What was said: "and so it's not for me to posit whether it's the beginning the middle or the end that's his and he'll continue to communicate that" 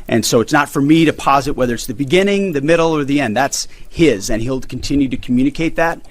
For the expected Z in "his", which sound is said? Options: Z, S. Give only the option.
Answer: Z